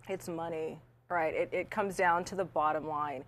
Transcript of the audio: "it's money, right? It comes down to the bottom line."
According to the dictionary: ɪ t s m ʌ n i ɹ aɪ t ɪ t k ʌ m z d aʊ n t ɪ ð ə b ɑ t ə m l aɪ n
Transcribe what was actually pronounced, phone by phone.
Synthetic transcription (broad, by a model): ɪ t s m ʌ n i ɹ aɪ t ɪ t k ʌ m z d aʊ n t ɪ ð ə b ɑ t ə m l aɪ n